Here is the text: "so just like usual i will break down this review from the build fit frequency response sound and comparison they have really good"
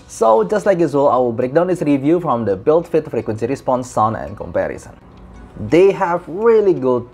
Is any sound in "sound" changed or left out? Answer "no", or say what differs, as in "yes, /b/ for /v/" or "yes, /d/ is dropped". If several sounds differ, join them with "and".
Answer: yes, /d/ is dropped